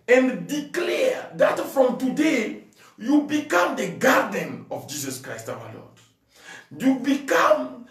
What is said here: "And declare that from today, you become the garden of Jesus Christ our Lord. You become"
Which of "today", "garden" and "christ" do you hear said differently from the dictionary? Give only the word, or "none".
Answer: none